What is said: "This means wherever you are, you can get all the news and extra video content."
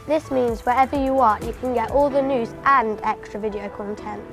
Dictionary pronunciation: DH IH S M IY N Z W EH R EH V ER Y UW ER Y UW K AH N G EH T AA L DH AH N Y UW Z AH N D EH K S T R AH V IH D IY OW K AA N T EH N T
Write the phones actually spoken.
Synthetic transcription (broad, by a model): DH IH S M IY N Z W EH R EH V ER Y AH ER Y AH K AH N G EH T AA L DH AH N Y UW Z AH N D EH K S T R AH V IH D IY OW K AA N T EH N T